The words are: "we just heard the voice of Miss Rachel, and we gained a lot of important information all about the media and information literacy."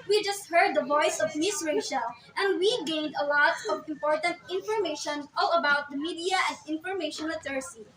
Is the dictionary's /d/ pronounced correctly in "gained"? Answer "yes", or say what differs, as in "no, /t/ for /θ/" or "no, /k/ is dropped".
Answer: yes